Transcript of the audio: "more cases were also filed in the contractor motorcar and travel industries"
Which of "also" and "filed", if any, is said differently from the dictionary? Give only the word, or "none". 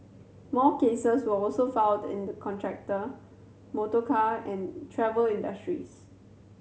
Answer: filed